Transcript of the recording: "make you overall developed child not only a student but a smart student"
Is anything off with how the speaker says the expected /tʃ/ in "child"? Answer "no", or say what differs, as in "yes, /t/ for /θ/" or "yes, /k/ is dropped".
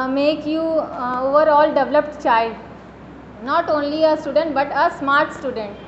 no